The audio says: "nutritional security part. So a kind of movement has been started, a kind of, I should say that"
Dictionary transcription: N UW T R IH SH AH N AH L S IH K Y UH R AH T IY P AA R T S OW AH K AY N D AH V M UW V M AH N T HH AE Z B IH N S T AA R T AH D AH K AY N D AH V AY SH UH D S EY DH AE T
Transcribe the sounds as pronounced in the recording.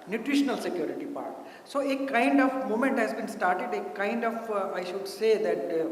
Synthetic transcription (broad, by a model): N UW T R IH SH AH N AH L S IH K Y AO R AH T IY P AA R T S OW AH K AY N D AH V M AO M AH N T HH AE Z B IH N S T AA R T AH D AH K AY N D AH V AY SH UH D S EY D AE T